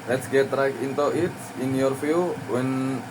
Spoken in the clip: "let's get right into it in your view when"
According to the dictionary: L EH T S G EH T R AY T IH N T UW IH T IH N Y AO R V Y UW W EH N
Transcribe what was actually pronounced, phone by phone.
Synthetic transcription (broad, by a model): L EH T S G EH T R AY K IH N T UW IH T IH N Y AO R F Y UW W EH N